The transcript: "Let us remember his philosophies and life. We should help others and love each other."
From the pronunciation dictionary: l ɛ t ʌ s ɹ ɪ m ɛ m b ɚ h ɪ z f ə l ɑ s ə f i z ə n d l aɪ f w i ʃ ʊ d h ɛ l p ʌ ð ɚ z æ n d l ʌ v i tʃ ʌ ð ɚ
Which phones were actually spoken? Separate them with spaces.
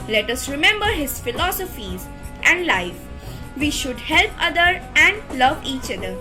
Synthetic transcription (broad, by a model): l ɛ t ʌ s ɹ ɪ m ɛ m b ɚ h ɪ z f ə l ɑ s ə f i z ə n d l aɪ f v i ʃ ʊ d h ɛ l p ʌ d ɚ æ n d l ʌ v i tʃ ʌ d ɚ